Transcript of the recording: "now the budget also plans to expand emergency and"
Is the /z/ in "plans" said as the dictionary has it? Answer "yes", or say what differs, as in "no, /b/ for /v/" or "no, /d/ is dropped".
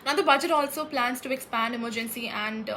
no, /s/ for /z/